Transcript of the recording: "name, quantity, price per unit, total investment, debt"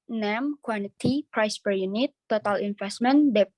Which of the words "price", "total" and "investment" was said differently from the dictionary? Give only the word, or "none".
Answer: investment